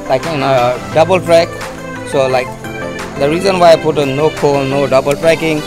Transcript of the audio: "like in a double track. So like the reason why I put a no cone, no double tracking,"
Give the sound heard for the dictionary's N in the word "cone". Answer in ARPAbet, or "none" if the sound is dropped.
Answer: L